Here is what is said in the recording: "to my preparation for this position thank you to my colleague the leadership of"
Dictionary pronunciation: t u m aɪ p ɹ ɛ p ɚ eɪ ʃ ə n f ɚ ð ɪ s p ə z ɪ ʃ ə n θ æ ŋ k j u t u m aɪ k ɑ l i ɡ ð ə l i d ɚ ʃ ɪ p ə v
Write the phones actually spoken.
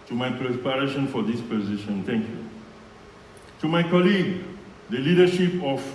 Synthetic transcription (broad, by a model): t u m aɪ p ɹ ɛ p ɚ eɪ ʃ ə n f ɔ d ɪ s p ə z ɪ ʃ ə n t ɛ ŋ k j u t u m aɪ k ɑ l i ɡ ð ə l i d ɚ ʃ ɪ p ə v